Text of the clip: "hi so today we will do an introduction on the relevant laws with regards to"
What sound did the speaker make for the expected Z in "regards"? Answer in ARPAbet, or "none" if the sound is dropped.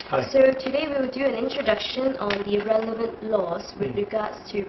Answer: S